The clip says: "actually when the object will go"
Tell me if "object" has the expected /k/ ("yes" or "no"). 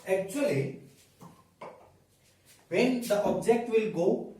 yes